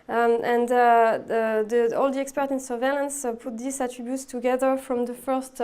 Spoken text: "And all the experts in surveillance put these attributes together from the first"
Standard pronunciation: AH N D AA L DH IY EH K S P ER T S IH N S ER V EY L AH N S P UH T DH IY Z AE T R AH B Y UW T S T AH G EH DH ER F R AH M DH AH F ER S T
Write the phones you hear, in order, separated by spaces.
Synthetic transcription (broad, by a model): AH N D AA L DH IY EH K S P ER T IH N S ER V EY L AH N S P UH T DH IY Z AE T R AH B Y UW T S T AH G EH DH ER F R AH M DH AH F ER S T